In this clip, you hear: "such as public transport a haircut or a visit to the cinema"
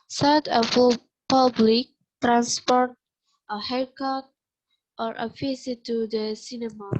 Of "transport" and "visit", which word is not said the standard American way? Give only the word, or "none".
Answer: visit